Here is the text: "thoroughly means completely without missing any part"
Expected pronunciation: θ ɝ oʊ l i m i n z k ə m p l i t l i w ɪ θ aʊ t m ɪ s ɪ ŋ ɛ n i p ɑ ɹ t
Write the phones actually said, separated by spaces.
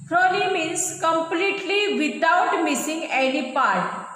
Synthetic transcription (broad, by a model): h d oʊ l i m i n s k ə m p l i t l i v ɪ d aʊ t m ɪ s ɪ ŋ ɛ l i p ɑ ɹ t